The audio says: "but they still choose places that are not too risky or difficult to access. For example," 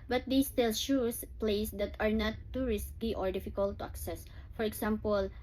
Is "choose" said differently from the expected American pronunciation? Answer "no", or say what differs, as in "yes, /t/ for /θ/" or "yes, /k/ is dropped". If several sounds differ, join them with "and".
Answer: yes, /ʃ/ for /tʃ/ and /s/ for /z/